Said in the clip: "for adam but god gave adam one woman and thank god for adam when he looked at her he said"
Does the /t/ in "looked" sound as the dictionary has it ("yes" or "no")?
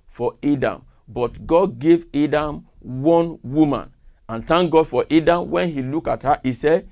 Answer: no